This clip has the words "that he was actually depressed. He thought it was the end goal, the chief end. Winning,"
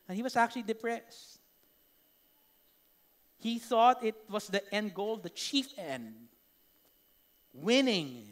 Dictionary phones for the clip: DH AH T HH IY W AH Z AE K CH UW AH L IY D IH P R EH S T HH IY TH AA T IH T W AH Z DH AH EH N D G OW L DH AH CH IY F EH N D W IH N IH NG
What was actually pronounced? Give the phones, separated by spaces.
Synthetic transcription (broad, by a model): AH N HH IY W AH S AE K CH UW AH L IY D IH P R EH S T HH IY TH AA T IH T W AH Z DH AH EH N D G OW L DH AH CH IY F EH N D W IH N IH NG